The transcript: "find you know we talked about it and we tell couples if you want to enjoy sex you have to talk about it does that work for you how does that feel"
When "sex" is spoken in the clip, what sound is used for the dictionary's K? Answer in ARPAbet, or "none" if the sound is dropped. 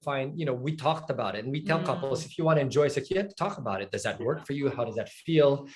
none